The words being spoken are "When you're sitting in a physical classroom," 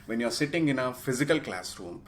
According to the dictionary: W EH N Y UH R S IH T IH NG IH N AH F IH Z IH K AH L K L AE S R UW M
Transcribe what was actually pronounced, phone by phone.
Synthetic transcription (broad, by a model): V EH N Y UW R S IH T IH NG IH N AH F IH Z IH K AH L K L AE S R UW M